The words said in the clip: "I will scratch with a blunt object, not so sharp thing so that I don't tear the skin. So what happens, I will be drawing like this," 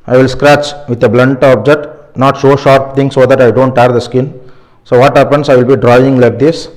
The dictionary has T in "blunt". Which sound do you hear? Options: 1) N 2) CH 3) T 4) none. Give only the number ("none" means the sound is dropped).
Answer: 3